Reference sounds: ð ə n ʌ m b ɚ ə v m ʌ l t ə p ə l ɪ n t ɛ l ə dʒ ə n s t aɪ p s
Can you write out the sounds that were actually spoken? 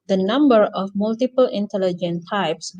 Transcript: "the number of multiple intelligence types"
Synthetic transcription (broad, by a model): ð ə n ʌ m b ɚ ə f m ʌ l t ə p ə l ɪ n t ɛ l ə dʒ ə n t aɪ p s